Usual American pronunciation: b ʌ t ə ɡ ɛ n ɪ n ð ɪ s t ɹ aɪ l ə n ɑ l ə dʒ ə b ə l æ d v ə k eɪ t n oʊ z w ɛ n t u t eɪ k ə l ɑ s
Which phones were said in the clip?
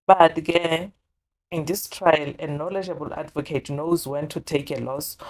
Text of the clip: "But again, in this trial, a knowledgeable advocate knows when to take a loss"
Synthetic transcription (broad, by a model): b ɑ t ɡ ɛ ɪ n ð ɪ s t ɹ aɪ l ə n ɑ l ə dʒ ə b ə l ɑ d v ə k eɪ t n oʊ z w ɛ n t u t eɪ k ə l ɑ s